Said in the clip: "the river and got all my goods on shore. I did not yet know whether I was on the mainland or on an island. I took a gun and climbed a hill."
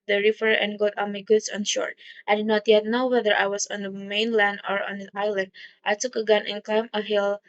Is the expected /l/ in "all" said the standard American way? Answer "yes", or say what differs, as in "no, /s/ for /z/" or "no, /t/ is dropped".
no, /n/ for /l/